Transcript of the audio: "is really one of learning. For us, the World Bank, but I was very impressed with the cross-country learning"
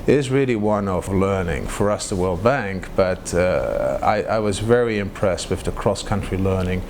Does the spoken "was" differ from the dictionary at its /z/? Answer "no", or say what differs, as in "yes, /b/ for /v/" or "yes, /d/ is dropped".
no